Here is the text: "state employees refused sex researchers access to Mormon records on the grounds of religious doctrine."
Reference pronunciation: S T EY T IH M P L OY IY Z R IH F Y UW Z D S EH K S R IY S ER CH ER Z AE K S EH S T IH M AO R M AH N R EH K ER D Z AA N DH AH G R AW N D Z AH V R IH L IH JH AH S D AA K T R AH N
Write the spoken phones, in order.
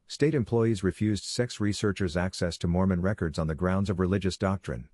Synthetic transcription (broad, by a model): S T EY T IH M P L OY IY Z R IH F Y UW Z D S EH K S R IY S ER CH ER Z AE K S EH S T IH M AO R M AH N R EH K ER D Z N DH AH G R AW N D Z AH V R IH L IH JH AH S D AA K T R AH N